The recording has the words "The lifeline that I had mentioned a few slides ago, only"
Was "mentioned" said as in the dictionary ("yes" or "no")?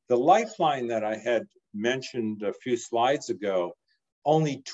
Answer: yes